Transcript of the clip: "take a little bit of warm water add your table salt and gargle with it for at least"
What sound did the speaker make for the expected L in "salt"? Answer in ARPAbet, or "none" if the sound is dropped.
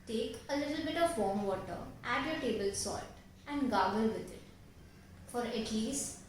none